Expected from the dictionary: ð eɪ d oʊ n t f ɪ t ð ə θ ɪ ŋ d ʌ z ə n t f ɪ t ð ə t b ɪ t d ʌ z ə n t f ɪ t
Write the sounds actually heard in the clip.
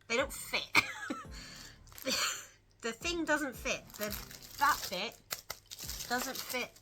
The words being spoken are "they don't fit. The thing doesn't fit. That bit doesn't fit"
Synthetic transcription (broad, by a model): ð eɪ d oʊ n t f ɪ t ð ə θ ɪ ŋ d ʌ z ə n t f ɪ t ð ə t b ɪ t d ʌ z ə n t f ɪ t